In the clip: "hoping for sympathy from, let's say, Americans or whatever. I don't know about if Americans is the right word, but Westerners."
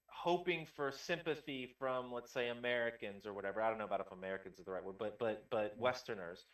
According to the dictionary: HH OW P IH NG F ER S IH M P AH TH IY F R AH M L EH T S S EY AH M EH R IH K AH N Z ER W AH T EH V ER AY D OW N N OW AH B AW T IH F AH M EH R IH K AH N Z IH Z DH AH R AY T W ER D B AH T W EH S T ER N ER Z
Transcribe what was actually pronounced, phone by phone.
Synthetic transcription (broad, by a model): HH OW P IH NG F ER S IH M P AH TH IY F R AH M L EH T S S EY AH M EH R IH K AH N Z ER W AH T EH V ER AY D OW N N OW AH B AW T IH F AH M EH R IH K AH N Z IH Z DH AH R AY T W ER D B AH T W EH S T ER N ER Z